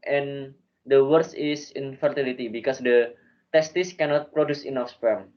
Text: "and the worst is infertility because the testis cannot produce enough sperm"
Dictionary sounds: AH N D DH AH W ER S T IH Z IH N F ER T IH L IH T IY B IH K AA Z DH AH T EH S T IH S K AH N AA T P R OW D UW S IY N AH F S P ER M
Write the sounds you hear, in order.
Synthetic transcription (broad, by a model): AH N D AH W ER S IH S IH N F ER T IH L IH T IY B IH K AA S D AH T EH S T IH S K AH N AA T P R OW D UW S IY N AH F S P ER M